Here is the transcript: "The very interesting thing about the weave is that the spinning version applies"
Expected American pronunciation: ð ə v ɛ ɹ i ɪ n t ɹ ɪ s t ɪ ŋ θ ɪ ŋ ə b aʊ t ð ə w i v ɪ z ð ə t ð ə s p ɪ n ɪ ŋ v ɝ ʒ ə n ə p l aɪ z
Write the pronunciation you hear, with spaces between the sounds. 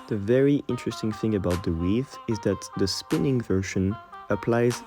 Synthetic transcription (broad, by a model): ð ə v ɛ ɹ i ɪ n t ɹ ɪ s t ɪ ŋ θ ɪ ŋ ə b aʊ t ð ə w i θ ɪ z ð ə t ð ə s p ɪ n ɪ ŋ v ɝ ʃ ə n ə p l aɪ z